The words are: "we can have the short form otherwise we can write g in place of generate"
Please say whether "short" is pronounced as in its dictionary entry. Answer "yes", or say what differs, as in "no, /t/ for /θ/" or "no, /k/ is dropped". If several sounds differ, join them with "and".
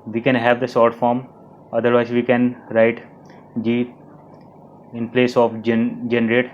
no, /s/ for /ʃ/